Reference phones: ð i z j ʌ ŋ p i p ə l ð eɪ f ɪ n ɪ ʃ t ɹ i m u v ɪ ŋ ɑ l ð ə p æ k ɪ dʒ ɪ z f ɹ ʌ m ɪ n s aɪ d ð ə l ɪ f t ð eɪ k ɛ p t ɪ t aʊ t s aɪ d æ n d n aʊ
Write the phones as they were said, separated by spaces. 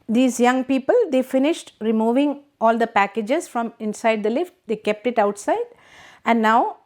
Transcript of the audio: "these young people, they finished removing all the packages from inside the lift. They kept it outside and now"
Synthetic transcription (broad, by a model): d i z j ʌ ŋ p i p ə l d eɪ f ɪ n ɪ ʃ t ɹ i m u v ɪ ŋ ɑ l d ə p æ k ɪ dʒ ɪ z f ɹ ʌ m ɪ n s aɪ d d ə l ɪ f t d eɪ k ɛ p t ɪ t aʊ t s aɪ d æ n d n aʊ